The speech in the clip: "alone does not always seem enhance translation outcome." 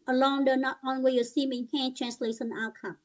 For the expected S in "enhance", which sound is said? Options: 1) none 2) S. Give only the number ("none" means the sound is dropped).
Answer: 1